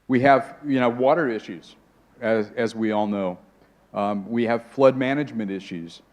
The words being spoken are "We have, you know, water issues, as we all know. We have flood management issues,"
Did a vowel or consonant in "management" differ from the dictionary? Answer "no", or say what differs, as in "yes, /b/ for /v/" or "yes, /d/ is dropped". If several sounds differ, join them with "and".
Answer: no